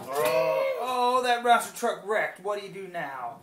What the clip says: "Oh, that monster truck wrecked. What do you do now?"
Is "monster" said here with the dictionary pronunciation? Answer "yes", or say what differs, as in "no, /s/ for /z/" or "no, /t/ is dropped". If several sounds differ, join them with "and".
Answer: no, /n/ is dropped